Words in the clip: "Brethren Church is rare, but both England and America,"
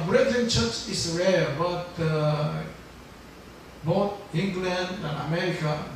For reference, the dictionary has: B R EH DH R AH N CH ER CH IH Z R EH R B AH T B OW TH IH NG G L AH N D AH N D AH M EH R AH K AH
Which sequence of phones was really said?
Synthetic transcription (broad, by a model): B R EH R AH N CH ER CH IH S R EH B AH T B OW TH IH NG G L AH N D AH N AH M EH R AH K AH